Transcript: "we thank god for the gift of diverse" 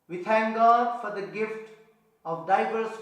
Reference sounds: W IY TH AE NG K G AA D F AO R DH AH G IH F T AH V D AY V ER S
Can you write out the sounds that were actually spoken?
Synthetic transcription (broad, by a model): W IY T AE NG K G AA D F AO R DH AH G IH F T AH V D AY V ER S